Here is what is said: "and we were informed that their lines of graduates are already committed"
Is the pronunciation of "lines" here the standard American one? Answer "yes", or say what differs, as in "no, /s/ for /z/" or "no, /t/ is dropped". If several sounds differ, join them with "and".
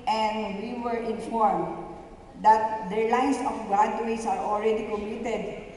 no, /s/ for /z/